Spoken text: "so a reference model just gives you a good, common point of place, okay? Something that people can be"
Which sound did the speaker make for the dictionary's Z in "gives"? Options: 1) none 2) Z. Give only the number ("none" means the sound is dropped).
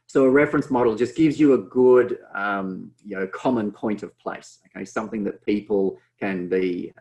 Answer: 2